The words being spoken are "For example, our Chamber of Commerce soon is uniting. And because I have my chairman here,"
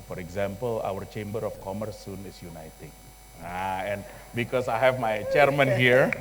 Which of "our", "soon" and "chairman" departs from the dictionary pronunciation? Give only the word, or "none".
none